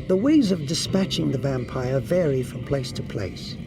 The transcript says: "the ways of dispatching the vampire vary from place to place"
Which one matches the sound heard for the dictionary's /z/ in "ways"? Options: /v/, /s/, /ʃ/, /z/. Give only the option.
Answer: /z/